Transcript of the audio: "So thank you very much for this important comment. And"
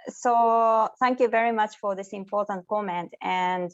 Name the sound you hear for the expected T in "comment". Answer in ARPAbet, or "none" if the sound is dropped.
T